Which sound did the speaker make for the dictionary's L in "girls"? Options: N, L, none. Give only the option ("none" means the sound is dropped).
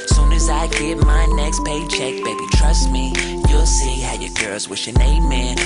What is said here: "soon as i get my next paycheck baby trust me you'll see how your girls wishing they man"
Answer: L